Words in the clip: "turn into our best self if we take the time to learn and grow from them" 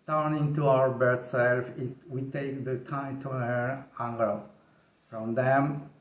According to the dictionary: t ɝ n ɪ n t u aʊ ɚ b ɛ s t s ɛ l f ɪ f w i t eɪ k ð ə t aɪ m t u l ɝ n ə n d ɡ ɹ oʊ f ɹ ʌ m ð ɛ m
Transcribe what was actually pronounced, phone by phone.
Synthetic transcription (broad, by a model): t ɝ n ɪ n t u aʊ ɚ b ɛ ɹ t s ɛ l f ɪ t w i t eɪ k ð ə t aɪ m t u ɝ ə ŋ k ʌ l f ɹ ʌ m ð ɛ m